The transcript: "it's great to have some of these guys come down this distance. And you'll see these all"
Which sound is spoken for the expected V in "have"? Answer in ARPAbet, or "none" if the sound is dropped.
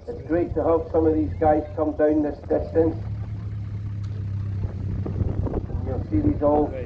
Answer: P